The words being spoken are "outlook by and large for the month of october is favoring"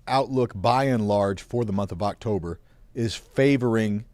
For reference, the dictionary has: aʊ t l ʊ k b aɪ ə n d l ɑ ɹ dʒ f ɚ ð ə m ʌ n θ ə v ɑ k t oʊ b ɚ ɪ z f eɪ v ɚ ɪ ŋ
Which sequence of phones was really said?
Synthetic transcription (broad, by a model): aʊ t l ʊ k b aɪ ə n l ɑ ɹ dʒ f ɚ ð ə m ʌ n θ ə v ɑ k t oʊ b ɚ ɪ z f eɪ v ɚ ɪ ŋ